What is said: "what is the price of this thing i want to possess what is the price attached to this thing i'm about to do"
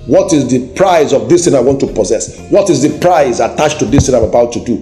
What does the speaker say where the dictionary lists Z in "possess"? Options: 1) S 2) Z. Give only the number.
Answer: 2